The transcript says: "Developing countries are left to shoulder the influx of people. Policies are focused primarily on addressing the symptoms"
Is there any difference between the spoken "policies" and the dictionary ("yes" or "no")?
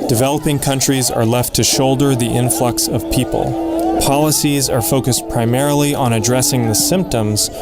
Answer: no